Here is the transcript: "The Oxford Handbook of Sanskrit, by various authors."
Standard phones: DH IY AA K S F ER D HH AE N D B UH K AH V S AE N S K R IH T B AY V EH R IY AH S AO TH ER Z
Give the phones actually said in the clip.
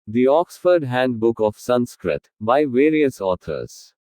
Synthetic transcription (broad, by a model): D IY AA K S F ER D HH AE N D B UH K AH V S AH N S K R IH T B AY V EH R IY AH S AO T ER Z